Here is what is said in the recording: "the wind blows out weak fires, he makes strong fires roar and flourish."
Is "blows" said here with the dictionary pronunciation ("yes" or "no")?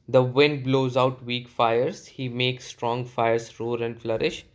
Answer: yes